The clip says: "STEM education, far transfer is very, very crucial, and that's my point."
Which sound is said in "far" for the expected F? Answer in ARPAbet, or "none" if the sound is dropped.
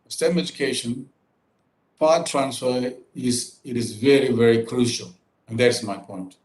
P